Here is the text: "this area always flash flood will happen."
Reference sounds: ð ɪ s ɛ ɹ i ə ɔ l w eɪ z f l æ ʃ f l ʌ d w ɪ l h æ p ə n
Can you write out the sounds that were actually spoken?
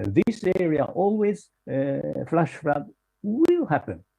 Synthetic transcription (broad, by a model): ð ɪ s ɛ ɹ i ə ɔ l w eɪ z f l æ ʃ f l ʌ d w ɪ l h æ p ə n